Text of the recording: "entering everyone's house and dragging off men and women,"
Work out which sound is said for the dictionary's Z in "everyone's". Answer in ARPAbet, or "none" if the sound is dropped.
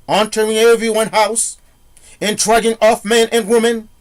none